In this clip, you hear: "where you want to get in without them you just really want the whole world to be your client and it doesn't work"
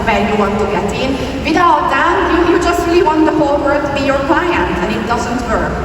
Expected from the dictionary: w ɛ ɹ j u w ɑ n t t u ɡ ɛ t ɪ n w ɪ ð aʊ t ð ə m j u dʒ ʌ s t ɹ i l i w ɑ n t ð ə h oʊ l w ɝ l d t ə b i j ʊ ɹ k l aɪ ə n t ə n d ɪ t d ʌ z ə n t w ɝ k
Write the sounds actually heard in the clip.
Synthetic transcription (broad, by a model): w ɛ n j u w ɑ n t t u ɡ ɛ t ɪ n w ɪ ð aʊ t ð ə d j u dʒ ʌ s t ɹ i l i w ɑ n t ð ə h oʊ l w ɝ d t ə b i j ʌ ɹ k l aɪ ə n t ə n ɪ t d ʌ z ə n t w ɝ